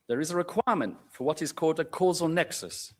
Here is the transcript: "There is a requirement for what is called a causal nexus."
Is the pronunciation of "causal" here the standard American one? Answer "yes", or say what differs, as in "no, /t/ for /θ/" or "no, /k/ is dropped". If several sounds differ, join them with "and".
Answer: yes